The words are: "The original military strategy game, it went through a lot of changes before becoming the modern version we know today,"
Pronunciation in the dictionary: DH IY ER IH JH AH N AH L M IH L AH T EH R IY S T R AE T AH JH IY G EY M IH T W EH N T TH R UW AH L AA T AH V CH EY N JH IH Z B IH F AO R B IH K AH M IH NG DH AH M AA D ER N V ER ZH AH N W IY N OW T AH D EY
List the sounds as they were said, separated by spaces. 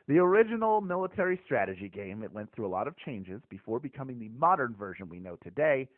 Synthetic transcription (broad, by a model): DH IY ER IH JH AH N L M IH L AH T EH R IY S T R AE T AH JH IY G EY M IH T W EH N TH R UW AH L AA T AH V CH EY N JH IH Z B IH F AO R B IH K AH M IH NG DH AH M AA D ER N V ER ZH AH N W IY N OW T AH D EY